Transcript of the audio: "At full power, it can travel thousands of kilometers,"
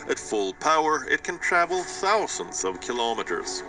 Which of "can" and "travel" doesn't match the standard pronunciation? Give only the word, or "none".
none